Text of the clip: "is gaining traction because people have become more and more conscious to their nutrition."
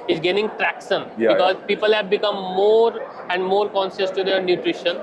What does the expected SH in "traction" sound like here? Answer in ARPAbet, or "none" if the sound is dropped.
S